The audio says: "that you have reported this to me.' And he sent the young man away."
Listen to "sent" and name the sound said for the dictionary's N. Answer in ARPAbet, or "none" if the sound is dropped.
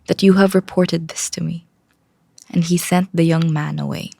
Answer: N